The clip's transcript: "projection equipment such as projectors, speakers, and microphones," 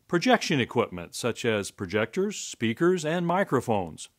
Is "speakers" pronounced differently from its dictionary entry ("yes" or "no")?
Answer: no